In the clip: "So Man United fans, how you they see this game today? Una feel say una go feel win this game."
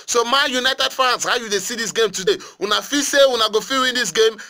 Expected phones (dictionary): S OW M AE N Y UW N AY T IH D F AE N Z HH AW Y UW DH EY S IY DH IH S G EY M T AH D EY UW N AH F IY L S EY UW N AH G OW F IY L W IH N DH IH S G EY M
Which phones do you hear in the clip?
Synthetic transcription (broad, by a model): S OW M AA Y UW N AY T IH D F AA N S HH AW Y UW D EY S IY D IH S G EY M T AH D EY UW N AH F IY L S EY UW N AH G OW F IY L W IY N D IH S G EY M